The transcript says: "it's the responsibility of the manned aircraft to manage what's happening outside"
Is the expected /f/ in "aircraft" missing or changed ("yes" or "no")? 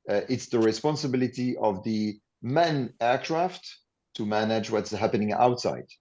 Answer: no